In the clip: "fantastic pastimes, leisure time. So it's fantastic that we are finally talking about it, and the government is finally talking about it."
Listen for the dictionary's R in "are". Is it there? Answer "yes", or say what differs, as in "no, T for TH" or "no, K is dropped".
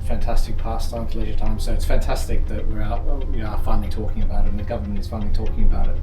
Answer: no, W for R